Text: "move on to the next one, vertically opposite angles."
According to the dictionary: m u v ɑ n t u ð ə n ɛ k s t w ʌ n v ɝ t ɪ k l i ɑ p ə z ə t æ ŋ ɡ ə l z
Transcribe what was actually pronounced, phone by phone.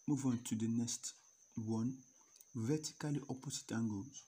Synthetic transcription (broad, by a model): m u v ɑ n t u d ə n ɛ s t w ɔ n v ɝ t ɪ k l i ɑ p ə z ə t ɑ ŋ ɡ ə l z